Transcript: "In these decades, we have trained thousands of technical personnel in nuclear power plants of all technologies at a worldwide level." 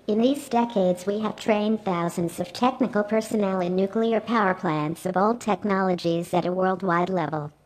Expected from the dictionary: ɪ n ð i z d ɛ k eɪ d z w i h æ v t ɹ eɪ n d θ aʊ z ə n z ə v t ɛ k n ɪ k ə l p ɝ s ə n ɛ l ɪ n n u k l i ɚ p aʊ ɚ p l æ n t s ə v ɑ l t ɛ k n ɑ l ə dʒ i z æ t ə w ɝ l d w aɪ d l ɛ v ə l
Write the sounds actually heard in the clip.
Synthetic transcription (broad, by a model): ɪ n ð i z d ɛ k eɪ d z w i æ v t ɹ eɪ n θ aʊ z ə n z ə v t ɛ k n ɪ k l p ɝ s ə n ɛ l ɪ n n u k l i ɚ p aʊ ɚ p l æ n t s ə v ɑ l t ɛ k n ɑ l ə dʒ i z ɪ t ə w ɝ l d w aɪ d l ɛ v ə l